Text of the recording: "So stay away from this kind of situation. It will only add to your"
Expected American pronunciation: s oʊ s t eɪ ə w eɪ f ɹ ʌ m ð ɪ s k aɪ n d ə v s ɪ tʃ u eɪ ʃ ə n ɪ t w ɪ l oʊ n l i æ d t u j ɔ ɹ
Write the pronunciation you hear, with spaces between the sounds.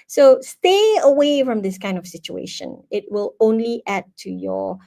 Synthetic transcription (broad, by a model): s oʊ s t eɪ ə w eɪ f ɹ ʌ m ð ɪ s k aɪ n d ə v s ɪ tʃ u eɪ ʃ ə n ɪ t w ɪ l oʊ n l i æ d t u j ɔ